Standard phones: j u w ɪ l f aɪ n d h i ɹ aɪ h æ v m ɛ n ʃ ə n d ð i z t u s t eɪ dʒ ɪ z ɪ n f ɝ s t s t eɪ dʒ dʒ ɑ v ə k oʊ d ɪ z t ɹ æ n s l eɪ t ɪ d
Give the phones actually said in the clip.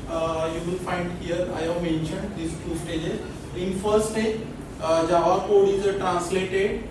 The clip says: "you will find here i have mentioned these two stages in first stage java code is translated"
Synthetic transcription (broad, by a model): j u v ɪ l f aɪ n d h i ɹ aɪ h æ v m ɛ n ʃ ə n d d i s t u s t eɪ dʒ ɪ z ɪ n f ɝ t s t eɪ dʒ dʒ ɑ v ə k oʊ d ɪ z t ɹ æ n s l eɪ t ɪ d